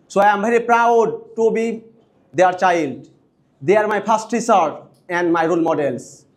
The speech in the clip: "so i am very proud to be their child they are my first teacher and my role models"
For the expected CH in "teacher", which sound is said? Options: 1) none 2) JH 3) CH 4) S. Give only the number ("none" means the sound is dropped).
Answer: 4